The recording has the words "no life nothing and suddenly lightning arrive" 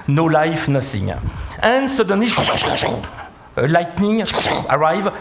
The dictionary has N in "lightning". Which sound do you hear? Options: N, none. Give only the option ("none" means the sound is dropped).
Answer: N